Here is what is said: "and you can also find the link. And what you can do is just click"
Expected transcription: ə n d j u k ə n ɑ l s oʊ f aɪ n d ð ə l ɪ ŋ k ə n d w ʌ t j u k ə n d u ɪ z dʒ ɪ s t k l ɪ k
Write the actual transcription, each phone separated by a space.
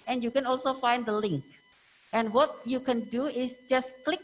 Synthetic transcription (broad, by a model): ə n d j u k ə n ɑ l s oʊ f aɪ n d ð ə l ɪ ŋ k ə n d w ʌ t j u k ə n d u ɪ s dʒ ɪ s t k l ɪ k